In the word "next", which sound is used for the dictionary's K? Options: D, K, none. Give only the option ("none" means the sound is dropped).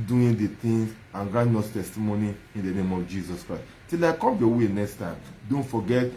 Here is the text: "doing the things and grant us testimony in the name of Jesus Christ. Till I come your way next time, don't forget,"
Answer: K